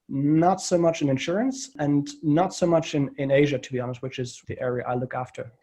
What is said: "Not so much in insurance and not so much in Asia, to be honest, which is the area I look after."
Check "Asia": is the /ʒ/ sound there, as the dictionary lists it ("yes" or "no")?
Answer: yes